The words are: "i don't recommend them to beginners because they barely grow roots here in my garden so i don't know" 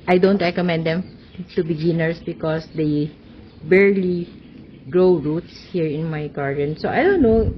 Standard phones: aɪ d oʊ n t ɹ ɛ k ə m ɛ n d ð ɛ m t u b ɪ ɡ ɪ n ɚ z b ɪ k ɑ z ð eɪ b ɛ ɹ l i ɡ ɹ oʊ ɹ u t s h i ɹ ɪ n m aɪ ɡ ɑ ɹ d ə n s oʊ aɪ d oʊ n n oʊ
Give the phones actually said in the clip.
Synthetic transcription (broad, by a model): aɪ d oʊ n t ɹ ɛ k ə m ɛ n d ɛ m t u b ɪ ɡ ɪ n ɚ s b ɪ k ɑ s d eɪ b ɛ ɹ l i ɡ ɹ oʊ ɹ u t s h i ɹ ɪ n m aɪ ɡ ɑ ɹ d ə n s oʊ aɪ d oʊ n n oʊ